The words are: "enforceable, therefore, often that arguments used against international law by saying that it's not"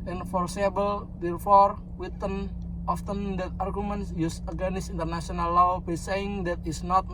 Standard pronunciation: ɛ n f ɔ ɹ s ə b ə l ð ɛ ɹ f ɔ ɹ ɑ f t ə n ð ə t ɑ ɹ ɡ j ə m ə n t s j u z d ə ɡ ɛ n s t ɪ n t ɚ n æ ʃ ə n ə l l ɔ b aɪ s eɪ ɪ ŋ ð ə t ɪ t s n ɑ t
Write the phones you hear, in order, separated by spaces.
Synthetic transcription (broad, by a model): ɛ n f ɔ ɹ s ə b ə l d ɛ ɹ f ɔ ɹ ɑ f t ə n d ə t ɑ ɹ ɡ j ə m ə n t s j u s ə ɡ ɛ n s ɪ n t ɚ n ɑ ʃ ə n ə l l ɔ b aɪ s eɪ ɪ ŋ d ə t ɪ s n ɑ t